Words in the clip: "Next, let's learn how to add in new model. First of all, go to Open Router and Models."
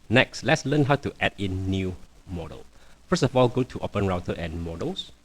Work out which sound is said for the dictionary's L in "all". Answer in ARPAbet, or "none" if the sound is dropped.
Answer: L